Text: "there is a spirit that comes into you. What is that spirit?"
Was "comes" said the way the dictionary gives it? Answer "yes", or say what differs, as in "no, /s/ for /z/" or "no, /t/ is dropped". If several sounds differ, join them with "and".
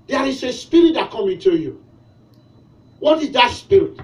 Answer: no, /z/ is dropped